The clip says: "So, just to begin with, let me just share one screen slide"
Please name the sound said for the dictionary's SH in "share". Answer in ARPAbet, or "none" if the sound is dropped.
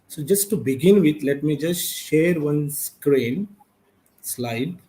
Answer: SH